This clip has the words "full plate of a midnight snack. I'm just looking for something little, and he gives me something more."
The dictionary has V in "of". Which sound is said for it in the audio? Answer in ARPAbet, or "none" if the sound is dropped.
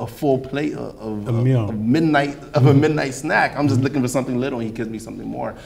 V